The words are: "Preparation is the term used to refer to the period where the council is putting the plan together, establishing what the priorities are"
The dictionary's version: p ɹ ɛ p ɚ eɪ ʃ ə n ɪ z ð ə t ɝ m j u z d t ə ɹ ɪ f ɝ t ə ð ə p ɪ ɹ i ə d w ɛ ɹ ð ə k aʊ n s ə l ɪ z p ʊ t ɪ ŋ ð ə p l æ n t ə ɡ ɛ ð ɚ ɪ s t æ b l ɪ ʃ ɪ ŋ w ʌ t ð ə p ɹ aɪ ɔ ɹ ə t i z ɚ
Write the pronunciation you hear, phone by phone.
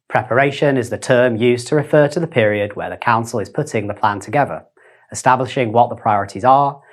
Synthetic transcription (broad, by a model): p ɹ ɛ p ɚ eɪ ʃ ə n ɪ z ð ə t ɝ m j u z t ə ɹ ɪ f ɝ t ə ð ə p ɪ ɹ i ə d w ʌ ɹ ð ə k aʊ n s ə l ɪ z p ʊ t ɪ ŋ ð ə p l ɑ n t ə ɡ ɛ ð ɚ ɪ s t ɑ b l ɪ ʃ ɪ ŋ w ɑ t ð ə p ɹ aɪ ɔ ɹ ə t i z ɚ